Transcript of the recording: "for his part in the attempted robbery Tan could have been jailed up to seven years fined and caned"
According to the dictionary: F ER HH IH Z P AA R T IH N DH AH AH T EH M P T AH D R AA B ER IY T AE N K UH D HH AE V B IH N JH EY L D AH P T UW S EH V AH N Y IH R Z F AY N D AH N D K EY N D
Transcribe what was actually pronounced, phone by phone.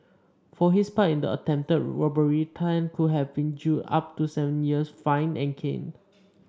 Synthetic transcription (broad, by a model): F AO HH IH S P AA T IH N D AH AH T EH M P T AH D R AA B ER IY T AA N K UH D HH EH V B IH N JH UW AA P T UW S EH V AH N Y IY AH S F AY N AH N K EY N